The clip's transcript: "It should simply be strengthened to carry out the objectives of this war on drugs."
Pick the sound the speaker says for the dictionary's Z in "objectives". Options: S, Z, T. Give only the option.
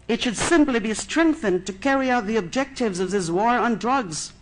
Z